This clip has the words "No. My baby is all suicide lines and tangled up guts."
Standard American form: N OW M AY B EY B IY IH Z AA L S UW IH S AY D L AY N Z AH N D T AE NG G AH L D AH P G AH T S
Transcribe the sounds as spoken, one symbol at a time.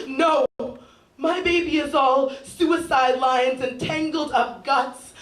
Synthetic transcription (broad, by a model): N OW M AY B EY B IY IH Z AA L S UW IH S AY D L AY N Z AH N T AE NG G L D AH P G AH T S